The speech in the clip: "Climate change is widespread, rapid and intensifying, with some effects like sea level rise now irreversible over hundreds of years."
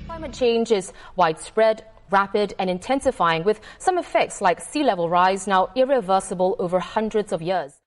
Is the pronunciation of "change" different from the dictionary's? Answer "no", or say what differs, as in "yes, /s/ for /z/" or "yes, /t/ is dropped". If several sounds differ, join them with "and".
no